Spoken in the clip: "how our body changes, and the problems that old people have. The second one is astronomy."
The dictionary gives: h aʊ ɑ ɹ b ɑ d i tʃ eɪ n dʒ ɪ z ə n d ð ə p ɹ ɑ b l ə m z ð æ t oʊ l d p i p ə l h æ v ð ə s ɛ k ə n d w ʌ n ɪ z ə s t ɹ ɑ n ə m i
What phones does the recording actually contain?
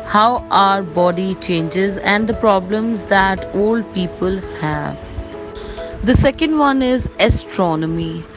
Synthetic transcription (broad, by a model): h aʊ ɑ ɹ b ɑ d i tʃ eɪ n dʒ ɪ z ə n d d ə p ɹ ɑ b l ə m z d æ t oʊ l d p i p ə l h æ v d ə s ɛ k ə n d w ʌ n ɪ z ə s t ɹ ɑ n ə m i